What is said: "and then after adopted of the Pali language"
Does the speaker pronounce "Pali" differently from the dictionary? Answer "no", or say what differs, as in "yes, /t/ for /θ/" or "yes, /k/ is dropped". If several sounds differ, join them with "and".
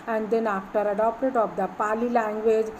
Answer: no